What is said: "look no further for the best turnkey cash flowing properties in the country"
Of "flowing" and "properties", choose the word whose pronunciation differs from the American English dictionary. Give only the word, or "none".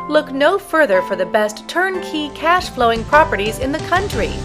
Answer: none